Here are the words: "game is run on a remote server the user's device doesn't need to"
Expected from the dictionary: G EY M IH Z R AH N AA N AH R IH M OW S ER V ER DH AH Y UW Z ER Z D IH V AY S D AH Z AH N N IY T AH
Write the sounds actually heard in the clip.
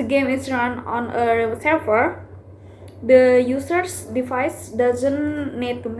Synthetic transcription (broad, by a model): G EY M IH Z R AH N AA N AH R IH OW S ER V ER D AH Y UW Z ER S D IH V AY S D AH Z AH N N IY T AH